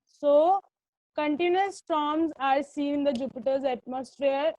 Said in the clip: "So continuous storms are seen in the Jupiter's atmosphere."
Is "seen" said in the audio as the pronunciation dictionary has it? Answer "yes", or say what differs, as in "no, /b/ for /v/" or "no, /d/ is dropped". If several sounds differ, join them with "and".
no, /n/ is dropped